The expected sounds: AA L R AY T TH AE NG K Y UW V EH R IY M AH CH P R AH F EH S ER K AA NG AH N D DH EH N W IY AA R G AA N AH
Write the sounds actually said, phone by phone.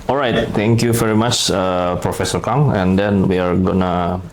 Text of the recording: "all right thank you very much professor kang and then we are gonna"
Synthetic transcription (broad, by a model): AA L R AY T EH NG K Y UW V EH R IY M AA CH P R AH F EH S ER K AA NG AH N D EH N W IY AA R G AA N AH